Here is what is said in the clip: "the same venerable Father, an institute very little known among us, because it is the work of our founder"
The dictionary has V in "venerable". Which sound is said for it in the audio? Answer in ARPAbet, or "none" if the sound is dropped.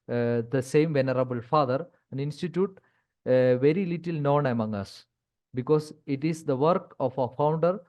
V